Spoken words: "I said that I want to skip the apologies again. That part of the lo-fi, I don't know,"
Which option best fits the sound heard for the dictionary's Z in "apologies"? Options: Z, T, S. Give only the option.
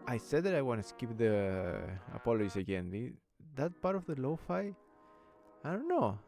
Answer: S